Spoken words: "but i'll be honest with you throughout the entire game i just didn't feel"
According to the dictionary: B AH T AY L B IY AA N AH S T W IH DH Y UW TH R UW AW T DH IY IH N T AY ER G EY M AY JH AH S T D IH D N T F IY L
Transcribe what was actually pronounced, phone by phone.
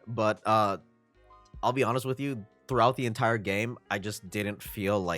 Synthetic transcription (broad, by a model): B AH T AY L B IY AA N AH S T W IH DH Y UW TH R UW AW T DH IY IH N T AY ER G EY M AY JH AH S D IH D N T F IY L